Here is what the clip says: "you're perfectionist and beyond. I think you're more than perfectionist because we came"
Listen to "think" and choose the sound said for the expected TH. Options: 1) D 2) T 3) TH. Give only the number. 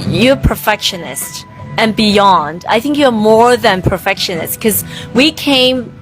3